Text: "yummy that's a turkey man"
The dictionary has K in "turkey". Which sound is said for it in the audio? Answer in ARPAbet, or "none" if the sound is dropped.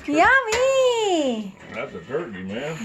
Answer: none